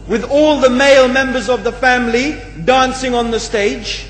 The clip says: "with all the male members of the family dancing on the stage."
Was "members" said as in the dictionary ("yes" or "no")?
yes